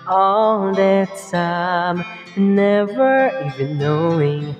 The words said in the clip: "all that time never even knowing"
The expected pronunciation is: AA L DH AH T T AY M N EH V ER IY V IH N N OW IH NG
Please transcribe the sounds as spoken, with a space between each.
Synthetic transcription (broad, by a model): AA L DH AH T S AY M N EH V ER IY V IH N N OW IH NG